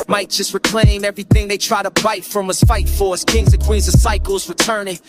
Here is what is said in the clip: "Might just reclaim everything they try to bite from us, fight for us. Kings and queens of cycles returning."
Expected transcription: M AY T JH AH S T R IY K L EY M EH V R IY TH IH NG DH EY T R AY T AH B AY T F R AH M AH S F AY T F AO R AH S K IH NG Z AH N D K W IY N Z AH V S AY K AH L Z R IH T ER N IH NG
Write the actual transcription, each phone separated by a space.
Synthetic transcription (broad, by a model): M AY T JH AH S T R IY K L EY M EH V R IY TH IH NG DH EY T R AY T AH B AY T F R AH M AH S F AY T F AO R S K IH NG Z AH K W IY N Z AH S AY K L Z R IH T ER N IH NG